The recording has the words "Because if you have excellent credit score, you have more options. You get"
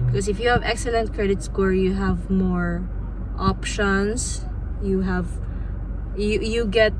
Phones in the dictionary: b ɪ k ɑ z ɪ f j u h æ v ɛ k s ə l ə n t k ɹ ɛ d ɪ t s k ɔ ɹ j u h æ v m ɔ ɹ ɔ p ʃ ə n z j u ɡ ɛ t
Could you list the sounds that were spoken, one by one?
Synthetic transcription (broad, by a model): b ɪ k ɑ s ɪ f j u h æ v ɛ k s ə l ə n t k ɹ ɛ d ɪ t s k ɔ ɹ j u h æ v m ɔ ɹ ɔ p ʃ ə n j j u ɡ ɛ t